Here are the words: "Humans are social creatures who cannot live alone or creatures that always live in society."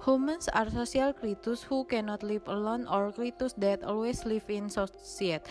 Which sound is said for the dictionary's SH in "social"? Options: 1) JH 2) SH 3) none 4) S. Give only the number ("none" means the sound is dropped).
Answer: 4